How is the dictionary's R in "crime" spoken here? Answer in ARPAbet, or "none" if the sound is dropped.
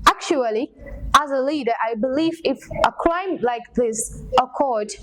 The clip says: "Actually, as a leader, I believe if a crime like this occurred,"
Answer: L